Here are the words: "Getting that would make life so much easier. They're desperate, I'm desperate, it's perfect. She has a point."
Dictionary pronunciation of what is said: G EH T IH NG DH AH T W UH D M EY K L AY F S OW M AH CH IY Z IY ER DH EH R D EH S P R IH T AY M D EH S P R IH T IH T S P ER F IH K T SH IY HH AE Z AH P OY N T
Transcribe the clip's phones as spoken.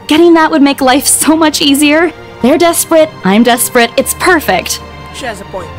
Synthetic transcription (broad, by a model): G EH T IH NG DH AH T W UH D M EY K L AY F S OW M AH CH IY Z IY ER DH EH R D EH S P R IH T AY M D EH S P R IH T IH T S P ER F IH K T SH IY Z AH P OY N